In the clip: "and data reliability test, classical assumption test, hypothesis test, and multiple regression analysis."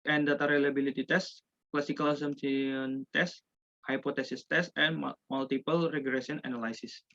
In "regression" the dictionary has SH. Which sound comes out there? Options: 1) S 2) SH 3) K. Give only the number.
1